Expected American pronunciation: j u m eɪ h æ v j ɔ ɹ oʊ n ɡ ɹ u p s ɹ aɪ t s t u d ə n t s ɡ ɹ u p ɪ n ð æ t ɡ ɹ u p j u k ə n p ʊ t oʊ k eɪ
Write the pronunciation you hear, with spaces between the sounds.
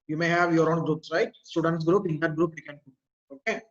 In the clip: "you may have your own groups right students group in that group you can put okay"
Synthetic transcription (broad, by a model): j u m eɪ h æ v j ɔ ɹ oʊ n ɡ ɹ u p s ɹ aɪ t s t u d ə n t s ɡ ɹ u p ɪ n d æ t ɡ ɹ u p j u k ə n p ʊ oʊ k eɪ